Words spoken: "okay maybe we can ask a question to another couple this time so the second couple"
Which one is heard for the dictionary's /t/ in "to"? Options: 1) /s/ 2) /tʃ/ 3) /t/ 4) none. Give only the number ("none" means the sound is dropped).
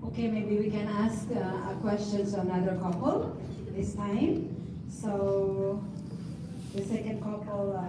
1